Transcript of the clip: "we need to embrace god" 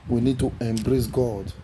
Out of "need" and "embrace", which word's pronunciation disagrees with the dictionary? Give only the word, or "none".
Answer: none